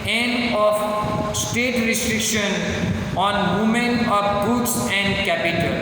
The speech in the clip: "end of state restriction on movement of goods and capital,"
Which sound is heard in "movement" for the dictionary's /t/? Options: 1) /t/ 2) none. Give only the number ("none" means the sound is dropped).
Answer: 2